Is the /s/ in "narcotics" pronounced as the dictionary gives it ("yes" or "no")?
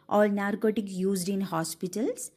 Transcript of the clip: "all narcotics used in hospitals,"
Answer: no